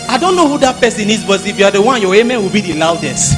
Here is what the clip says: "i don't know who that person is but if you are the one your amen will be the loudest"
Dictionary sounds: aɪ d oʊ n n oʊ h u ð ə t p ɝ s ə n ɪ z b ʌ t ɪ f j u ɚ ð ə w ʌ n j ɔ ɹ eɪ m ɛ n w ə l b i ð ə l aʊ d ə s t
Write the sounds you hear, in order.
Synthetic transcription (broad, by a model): aɪ d oʊ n n oʊ h u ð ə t p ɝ s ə n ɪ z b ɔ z ɪ f j u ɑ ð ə w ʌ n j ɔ w eɪ m ɛ n w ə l b i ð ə l aʊ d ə s t